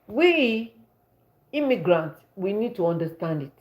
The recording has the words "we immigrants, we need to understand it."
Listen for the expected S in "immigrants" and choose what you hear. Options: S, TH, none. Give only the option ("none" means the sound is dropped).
none